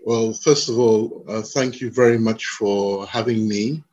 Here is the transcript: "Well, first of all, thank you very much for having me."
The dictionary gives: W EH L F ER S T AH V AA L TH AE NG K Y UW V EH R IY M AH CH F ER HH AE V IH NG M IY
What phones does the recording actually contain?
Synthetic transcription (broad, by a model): W EH L F ER S T AH V AA L TH AE NG K Y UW V EH R IY M AH CH F ER HH AE V IH NG M IY